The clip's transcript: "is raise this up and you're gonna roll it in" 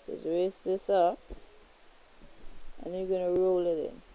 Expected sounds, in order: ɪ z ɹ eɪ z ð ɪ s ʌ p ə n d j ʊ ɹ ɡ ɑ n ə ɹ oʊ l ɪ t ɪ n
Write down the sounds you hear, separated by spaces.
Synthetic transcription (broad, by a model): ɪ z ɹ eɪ s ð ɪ s ʌ p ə n j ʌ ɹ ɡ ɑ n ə ɹ oʊ l ɪ t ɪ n